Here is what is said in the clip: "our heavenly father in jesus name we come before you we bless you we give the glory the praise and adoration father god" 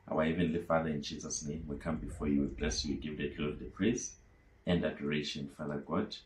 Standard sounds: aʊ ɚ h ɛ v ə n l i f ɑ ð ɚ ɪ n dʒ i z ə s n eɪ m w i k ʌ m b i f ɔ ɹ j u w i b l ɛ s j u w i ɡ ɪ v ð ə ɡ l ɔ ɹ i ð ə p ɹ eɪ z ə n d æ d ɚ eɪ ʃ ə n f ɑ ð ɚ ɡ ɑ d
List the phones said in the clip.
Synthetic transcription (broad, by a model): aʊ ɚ h ɛ v ə n l i f ɑ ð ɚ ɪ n dʒ i z ə s n eɪ m w i k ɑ m b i f ɔ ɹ j u w i b l ɛ s j u w i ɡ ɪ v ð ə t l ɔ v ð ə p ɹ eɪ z ə n d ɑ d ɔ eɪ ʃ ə n f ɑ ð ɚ ɡ ɑ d